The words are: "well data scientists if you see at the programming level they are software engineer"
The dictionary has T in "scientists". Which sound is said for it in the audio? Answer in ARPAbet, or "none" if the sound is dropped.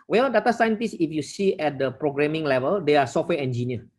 T